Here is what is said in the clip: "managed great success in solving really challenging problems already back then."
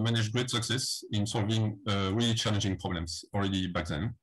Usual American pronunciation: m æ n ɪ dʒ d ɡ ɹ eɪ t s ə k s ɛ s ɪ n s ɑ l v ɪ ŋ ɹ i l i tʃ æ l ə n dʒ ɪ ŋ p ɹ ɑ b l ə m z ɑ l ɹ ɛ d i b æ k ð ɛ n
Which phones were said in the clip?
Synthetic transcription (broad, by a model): m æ n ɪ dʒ ɡ ɹ eɪ t s ə k s ɛ s ɪ n s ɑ l v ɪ ŋ ɹ i l i tʃ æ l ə n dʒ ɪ ŋ p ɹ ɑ b l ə m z ɑ l ɹ ɛ d i b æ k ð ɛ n